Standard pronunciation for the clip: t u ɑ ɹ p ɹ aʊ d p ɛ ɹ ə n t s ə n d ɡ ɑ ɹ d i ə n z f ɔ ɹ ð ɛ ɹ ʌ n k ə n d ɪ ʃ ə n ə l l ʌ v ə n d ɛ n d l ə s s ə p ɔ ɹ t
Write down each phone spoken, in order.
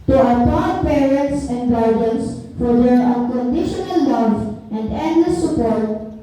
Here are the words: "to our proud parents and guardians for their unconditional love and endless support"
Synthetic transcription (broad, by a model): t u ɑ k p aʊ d p ɛ ɹ ə n t s ə n d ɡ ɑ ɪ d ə n s f ɔ ɹ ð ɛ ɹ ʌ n k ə n d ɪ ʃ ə n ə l l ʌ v ə n d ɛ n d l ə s s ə p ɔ ɹ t